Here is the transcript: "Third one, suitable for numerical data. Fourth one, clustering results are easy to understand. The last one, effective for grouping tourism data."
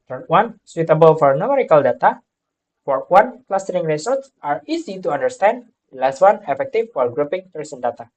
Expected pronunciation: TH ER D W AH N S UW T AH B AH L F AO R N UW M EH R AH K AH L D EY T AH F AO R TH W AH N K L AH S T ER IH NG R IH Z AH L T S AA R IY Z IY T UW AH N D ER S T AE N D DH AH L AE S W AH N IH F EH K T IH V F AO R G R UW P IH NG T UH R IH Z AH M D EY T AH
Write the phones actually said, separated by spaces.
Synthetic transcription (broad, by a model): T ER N W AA N S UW T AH B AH L F AO R N UW M EH R AH K AH L D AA T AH F AO R W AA N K L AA S T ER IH NG R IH S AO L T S AA R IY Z IY T UW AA N D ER S T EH N D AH L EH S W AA N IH F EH K T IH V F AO R G R UW P IH NG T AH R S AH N D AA T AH